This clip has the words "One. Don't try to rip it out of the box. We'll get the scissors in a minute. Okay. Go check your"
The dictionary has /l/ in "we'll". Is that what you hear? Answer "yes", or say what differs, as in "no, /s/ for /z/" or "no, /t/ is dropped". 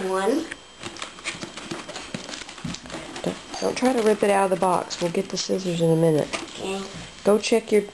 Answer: yes